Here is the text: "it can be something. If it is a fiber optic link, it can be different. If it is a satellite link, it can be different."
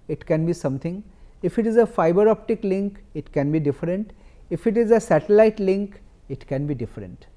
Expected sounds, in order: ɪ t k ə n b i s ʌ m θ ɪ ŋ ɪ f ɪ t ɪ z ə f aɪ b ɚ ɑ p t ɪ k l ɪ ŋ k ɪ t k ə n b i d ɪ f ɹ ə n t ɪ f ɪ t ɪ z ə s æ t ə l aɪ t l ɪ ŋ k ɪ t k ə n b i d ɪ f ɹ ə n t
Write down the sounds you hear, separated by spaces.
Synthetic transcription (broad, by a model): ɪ t k ə n b i s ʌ m t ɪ ŋ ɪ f ɪ t ɪ z ə f aɪ b ɚ ɑ p t ɪ k l ɪ ŋ k ɪ t k ə n b i d ɪ f ɹ ə n t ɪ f ɪ t ɪ z ə s æ t ə l aɪ t l ɪ ŋ k ɪ t k ə n b i d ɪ f ɹ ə n t